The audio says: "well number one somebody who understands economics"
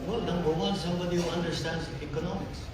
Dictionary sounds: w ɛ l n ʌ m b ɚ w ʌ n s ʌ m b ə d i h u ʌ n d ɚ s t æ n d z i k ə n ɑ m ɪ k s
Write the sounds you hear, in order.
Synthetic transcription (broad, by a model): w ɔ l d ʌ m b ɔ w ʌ l s ʌ m b ə d i h u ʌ n d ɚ s t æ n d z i k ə n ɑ m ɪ k s